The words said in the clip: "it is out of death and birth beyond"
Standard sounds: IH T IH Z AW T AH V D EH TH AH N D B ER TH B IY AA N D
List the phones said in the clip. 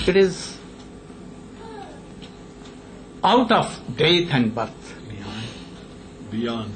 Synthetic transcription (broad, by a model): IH T IH Z AW T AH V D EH T AH N D B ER T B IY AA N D